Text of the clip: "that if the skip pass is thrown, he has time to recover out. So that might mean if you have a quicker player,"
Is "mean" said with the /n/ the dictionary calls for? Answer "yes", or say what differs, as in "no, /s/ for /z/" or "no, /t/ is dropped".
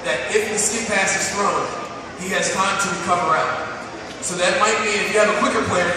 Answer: no, /n/ is dropped